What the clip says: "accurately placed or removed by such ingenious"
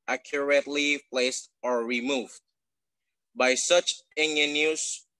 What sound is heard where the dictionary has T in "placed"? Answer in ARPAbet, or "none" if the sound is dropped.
T